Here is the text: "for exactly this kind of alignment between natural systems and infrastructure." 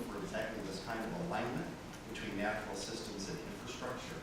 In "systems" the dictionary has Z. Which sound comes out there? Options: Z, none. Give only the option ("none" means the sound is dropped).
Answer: Z